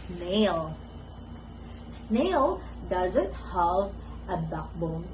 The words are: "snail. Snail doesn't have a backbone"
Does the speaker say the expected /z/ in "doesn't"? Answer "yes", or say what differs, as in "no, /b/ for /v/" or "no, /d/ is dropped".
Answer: yes